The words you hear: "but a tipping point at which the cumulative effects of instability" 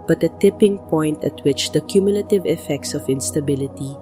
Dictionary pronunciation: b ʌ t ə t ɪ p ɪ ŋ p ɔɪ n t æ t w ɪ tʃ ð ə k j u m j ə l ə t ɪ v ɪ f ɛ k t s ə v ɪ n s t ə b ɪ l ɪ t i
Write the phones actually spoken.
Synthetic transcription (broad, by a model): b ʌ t ə t ɪ p ɪ ŋ p ɔɪ n t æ t w ɪ tʃ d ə k j u m j ə l ə t ɪ v ɪ f ɛ k t s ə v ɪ n s t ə b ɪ l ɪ t i